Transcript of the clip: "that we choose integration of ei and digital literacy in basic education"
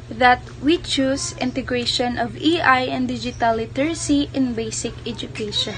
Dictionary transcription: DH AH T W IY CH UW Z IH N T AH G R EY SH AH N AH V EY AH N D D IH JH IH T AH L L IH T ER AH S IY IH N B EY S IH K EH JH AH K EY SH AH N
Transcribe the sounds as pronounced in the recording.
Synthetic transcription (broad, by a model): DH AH T W IY CH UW S IH N T AH G R EY SH AH N AH V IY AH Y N D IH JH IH T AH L L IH T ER S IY IH N B EY S IH K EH JH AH K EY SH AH N